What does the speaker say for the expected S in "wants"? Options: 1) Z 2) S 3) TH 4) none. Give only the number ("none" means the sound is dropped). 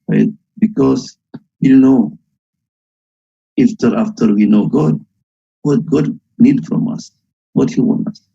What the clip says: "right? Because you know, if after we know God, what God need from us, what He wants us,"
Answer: 4